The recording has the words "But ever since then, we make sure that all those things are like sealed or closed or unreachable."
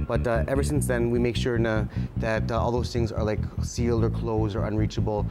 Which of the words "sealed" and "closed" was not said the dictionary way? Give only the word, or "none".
none